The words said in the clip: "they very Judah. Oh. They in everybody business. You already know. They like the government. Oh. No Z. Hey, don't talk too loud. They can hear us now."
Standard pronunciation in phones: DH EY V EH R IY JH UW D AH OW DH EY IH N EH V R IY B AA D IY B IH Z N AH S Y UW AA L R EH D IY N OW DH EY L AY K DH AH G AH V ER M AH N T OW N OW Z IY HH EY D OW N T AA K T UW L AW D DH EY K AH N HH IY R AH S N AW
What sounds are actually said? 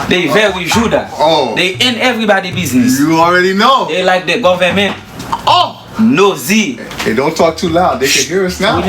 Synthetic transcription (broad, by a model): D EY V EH W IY JH UW D AH OW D EY IH N EH V R IY B AA D IY B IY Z N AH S Y UW AA L R EH D IY N OW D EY L AY K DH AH G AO V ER M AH N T OW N OW Z IY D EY D OW N T AA K T UW L AW D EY K AH N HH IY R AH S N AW